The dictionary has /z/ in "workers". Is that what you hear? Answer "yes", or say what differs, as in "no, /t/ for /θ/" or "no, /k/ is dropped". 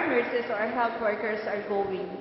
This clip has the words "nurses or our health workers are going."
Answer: no, /s/ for /z/